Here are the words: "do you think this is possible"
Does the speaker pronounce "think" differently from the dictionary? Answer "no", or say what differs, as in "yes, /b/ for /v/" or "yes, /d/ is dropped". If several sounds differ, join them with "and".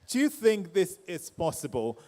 no